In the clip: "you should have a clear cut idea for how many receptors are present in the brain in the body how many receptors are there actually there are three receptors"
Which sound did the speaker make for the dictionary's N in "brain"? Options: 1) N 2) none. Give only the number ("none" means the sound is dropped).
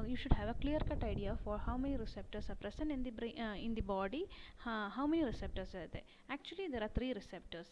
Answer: 2